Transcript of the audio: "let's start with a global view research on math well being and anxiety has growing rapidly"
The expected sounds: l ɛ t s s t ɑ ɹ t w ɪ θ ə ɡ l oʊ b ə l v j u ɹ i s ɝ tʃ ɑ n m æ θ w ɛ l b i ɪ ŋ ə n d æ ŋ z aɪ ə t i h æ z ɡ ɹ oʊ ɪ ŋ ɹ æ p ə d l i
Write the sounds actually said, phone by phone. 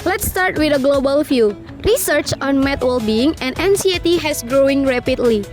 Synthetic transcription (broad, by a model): l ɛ t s s t ɑ ɹ t w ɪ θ ə ɡ l oʊ b ə l f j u ɹ i s ɝ tʃ ɑ n m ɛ t w ɛ l b i ɪ ŋ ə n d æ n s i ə t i h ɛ s ɡ ɹ oʊ ɪ ŋ ɹ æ p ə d l i